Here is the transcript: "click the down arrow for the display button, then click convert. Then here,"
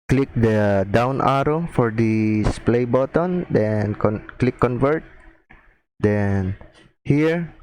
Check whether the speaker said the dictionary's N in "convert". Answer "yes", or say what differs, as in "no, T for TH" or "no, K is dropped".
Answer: yes